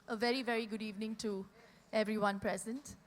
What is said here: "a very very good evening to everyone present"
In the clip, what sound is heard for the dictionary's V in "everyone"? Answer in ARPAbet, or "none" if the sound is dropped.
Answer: V